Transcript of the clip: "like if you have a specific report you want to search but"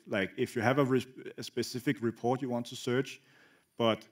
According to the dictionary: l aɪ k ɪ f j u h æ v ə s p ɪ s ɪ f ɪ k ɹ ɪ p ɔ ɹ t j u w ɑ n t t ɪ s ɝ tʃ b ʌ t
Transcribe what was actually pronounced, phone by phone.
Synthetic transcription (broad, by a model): l aɪ k ɪ f j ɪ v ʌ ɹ ə s p ɪ s ɪ f ɪ k ɹ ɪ p ɔ ɹ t j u w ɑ n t t ɪ s ɝ tʃ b ʌ t